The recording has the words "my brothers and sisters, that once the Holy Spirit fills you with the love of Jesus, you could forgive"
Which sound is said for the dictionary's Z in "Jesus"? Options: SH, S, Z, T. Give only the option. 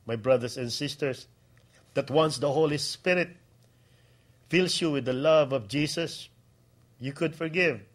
S